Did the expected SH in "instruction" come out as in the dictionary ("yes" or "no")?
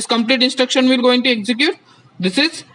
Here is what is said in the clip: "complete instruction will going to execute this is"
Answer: yes